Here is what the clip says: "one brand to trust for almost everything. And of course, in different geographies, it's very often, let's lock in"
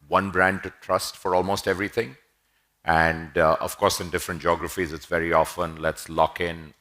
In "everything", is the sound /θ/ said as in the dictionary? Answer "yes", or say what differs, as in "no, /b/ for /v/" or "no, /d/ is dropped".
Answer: no, /t/ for /θ/